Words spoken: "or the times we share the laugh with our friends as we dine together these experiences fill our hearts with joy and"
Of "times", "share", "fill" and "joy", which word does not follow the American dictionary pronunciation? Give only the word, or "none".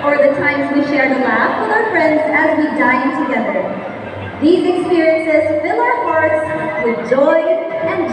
none